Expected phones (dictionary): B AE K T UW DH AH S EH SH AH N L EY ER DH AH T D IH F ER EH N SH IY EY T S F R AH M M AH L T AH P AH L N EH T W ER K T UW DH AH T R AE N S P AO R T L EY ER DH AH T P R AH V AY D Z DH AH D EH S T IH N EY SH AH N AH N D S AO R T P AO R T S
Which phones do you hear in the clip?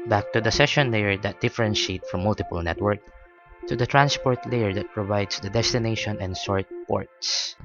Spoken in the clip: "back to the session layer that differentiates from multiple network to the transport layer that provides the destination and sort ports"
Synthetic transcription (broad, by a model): B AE K T UW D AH S EH SH AH N L EY ER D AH T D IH F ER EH N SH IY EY T F R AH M M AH L T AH P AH L N EH T W ER K T UW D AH T R AE N S P AO R T L EY ER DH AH T P R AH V AY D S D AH D EH S T IH N EY SH AH N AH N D S AO R T P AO R T S